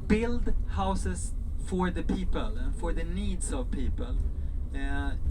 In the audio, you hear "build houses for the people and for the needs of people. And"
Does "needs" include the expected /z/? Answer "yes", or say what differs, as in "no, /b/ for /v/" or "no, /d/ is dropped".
no, /s/ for /z/